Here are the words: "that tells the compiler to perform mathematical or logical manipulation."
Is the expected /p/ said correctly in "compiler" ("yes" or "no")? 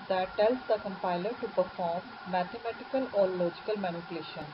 yes